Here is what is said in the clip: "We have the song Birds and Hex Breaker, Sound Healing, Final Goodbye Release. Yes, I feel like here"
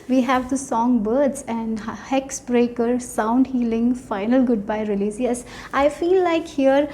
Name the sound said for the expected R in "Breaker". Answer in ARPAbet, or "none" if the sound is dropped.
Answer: R